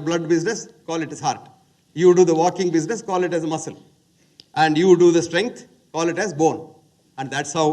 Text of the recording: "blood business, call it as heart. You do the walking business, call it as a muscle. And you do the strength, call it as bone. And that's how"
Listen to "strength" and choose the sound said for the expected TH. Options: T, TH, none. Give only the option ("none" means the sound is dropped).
T